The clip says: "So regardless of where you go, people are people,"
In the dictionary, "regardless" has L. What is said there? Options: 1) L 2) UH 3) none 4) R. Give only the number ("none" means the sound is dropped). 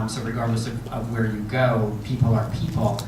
1